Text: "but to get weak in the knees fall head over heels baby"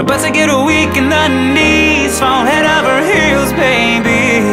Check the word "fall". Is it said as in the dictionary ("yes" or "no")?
no